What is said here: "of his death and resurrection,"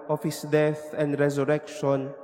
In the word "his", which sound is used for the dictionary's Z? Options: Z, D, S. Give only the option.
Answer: S